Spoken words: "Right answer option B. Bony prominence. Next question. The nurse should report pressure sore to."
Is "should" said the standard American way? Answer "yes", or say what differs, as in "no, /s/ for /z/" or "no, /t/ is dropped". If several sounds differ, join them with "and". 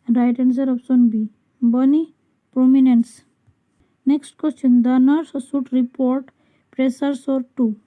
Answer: no, /s/ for /ʃ/